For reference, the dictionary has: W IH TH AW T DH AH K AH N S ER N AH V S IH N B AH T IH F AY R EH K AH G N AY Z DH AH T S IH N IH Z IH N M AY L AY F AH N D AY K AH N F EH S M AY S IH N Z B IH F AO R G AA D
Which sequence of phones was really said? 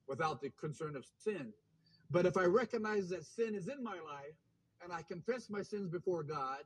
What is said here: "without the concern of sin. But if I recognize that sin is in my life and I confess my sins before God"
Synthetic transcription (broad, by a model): W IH TH AW T DH AH K AH N S ER N AH V S IH N B AH T IH F AY R EH K AH G N AY Z DH AH T S IH N IH Z IH N M AY L AY F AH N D AY K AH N F EH S M AY S IH N Z B IH F AO R G AA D